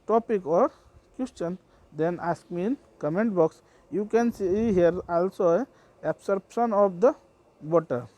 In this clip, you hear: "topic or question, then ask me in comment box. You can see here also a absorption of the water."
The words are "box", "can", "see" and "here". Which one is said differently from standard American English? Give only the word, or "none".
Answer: none